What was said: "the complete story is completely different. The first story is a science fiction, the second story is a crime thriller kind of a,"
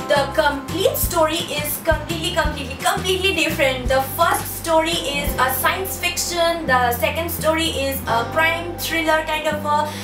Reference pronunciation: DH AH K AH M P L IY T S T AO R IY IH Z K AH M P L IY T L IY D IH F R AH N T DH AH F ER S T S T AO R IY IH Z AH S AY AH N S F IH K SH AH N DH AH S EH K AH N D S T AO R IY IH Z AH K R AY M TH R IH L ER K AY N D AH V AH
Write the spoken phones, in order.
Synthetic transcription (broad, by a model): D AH K AH M P L IY T S T AO R IY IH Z K AH M P L IY T L IY D IH F R AH N T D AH F ER S T S T AO R IY IH Z AH S AY AH N S F IH K SH AH N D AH S EH K AH N D S T AO R IY IH Z AH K R AY M T R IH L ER K AY N D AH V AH